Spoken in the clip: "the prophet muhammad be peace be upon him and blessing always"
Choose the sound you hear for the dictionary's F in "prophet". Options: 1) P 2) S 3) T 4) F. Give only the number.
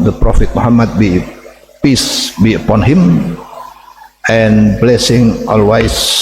4